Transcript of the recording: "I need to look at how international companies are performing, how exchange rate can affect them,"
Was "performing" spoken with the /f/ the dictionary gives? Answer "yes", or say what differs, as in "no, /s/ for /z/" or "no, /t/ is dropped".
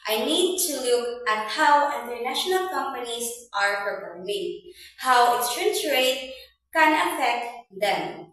no, /p/ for /f/